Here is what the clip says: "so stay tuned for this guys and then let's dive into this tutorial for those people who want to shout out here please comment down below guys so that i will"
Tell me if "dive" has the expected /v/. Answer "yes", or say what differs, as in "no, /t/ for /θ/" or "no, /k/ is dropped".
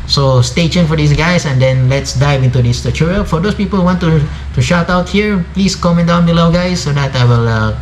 yes